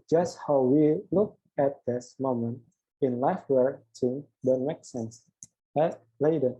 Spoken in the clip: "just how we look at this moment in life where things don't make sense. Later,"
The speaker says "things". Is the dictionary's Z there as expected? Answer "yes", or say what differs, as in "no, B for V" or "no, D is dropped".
no, Z is dropped